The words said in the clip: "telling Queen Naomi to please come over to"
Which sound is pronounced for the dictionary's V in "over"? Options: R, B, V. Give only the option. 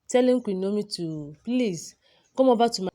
B